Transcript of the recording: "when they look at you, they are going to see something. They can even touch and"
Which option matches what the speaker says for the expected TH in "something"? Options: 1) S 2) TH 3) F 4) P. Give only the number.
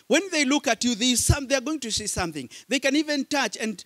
2